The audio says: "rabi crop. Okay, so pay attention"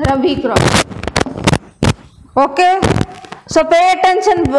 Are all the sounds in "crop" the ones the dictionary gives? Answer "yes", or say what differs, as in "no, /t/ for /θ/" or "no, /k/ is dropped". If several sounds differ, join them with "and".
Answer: no, /p/ is dropped